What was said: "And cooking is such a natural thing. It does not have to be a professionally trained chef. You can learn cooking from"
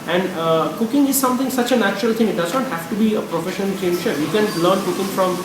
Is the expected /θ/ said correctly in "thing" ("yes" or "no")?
no